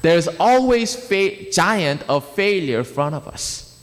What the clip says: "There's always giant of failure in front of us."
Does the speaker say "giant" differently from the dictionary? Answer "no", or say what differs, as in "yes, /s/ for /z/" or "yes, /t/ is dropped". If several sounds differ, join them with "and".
no